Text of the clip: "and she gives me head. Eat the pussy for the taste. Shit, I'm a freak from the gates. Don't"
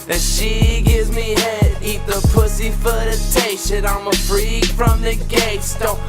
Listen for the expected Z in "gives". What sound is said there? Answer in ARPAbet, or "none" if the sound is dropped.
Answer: Z